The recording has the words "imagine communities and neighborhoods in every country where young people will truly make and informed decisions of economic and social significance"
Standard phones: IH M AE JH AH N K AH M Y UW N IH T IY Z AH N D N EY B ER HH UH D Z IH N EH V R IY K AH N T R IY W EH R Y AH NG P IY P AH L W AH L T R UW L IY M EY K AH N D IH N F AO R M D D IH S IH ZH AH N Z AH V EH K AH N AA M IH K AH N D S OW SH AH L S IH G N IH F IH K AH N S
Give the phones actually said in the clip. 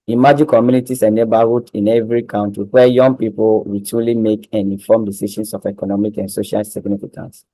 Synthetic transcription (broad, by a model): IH M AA JH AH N K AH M Y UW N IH T IY S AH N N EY B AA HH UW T IH N EH V R IY K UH N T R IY W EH Y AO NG P IY P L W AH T UW L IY M EY K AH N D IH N F AO M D D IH S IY SH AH N S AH F EH K AH N AA M IH K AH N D S OW SH AH L S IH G N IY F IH K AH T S